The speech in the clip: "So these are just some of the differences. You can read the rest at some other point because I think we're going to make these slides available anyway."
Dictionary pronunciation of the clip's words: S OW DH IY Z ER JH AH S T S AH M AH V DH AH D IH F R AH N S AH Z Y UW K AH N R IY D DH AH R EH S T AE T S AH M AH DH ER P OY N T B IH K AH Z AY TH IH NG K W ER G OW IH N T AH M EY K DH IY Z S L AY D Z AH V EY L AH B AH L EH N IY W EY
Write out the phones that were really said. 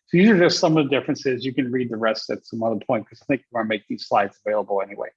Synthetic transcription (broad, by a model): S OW DH IY Z ER JH AH S T S AH M AH V DH AH D IH F R AH N S AH Z Y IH K AH N R IY D DH AH R EH S T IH T S AH M AH DH ER P OY N T K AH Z AY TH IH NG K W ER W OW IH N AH M EY K DH IY Z S L AY D Z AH V EY L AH B L EH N IY W EY